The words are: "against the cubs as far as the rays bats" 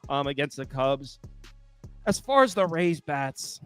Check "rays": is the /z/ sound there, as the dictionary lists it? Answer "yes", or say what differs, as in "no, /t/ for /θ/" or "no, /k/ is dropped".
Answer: yes